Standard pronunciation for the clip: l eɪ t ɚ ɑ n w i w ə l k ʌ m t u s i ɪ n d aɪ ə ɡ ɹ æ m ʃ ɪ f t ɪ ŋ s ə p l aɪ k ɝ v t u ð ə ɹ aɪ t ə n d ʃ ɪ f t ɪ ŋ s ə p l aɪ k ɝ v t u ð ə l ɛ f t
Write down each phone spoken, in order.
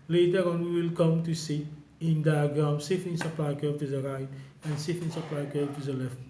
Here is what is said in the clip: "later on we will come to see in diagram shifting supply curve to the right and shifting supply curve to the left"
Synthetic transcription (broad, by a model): l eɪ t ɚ ɑ n w i w ə l k ʌ m t u s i ɪ n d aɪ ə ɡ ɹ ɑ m s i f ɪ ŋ s ə p l aɪ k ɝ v t u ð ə ɹ aɪ t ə n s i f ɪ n s ə p l aɪ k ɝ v t u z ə l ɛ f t